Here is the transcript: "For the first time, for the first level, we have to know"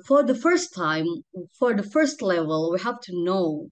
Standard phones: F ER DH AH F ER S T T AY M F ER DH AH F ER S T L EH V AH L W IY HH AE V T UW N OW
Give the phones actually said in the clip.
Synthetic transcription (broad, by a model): F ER DH AH F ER S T T AY M F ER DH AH F ER S T L EH V AH L W IY HH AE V T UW N OW